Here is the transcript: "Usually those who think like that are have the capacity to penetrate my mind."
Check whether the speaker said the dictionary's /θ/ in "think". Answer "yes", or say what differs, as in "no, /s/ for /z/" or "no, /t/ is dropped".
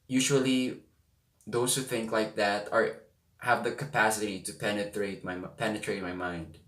yes